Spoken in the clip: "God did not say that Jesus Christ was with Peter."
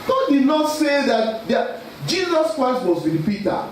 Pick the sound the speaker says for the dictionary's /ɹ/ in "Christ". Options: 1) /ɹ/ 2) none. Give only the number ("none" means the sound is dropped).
1